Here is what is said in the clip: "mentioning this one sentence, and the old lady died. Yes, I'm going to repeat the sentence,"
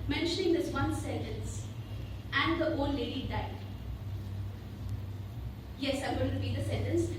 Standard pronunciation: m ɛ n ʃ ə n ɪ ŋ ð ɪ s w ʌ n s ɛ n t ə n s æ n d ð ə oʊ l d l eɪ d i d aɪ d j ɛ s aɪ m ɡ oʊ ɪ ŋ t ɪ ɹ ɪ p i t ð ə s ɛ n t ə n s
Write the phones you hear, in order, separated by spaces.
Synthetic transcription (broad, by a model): m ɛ n ʃ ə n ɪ ŋ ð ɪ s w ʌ n s ɛ n t ə n s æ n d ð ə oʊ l l eɪ d i d aɪ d j ɛ s aɪ m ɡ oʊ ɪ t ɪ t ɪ b i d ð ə s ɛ n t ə n s